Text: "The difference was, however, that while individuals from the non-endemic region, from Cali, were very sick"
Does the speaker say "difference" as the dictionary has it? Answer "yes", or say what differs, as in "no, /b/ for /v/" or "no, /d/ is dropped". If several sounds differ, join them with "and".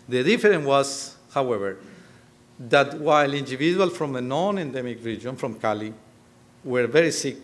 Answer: no, /s/ is dropped